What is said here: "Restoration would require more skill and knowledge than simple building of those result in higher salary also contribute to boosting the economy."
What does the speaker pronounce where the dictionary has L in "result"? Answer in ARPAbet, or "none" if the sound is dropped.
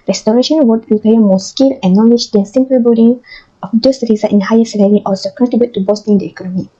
none